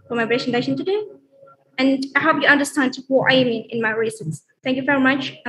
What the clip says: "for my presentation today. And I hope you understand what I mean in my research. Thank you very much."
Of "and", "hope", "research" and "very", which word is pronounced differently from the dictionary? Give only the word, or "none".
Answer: research